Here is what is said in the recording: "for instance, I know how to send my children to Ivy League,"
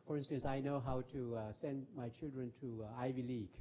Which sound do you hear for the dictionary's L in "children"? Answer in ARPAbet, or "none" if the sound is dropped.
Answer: L